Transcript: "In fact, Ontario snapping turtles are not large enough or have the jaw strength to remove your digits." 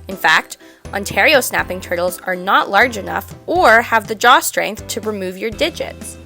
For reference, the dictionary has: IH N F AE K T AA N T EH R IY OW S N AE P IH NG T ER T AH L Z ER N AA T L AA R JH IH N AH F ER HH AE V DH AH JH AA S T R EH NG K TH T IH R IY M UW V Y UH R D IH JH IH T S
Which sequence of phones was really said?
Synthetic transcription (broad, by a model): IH N F AE K T AA N T EH R IY OW S N AE P IH NG T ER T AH L Z ER N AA T L AA R JH IH N AH F ER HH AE V DH AH JH AA S T R EH NG K TH T IH R IY M UW V Y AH R D IH JH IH T S